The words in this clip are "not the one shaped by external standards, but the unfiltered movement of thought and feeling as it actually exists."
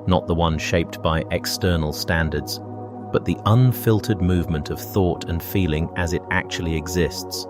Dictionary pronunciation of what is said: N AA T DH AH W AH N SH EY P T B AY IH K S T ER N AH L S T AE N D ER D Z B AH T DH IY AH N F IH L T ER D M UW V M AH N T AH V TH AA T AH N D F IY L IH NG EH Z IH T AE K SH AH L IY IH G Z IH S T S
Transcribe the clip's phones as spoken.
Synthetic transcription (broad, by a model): N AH T DH AH W AH N SH EY P T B AY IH K S T ER N L S T AE N D ER D Z B AH T DH IY AH N F IH L T ER D M UW V M AH N T AH V TH AA T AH N F IY L IH NG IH Z IH T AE K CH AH L IY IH G Z IH S T S